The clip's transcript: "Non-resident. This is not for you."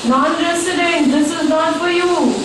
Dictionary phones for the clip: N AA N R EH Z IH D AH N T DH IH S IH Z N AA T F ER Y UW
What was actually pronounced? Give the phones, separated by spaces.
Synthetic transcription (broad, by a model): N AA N R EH S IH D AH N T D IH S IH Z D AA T P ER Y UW